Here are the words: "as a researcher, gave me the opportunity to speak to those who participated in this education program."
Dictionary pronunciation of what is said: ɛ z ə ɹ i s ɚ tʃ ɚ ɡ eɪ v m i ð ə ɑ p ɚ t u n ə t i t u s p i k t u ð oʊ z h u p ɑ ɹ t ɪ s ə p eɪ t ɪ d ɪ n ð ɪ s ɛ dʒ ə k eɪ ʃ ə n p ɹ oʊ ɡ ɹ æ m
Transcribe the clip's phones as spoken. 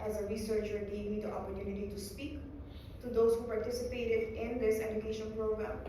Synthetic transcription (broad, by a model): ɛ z ə ɹ i s ɚ tʃ ɚ ɡ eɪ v m i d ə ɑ p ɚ t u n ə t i t u s p i k t u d oʊ s h u p ɑ ɹ t ɪ s ə p eɪ t ɪ d ɪ n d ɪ s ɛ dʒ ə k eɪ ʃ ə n p ɹ oʊ ɡ ɹ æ m